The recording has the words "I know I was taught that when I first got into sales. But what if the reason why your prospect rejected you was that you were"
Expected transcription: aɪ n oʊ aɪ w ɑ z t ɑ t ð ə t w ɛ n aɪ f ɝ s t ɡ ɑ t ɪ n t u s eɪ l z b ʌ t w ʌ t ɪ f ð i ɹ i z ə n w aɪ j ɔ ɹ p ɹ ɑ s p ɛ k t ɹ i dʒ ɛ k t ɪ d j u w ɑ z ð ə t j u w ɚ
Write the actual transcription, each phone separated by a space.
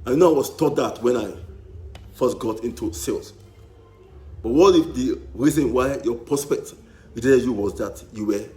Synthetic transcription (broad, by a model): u n oʊ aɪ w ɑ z t ɑ t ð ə t w ɛ n aɪ f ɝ s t ɡ ɑ t ɪ n t u s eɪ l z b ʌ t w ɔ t ɪ f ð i ɹ i z ə n w aɪ j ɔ p ɹ ɑ s p ɛ k t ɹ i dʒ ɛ t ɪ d j u w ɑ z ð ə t j u w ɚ